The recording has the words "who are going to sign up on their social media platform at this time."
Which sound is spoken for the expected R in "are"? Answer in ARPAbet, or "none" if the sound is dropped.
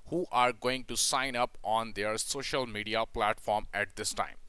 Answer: R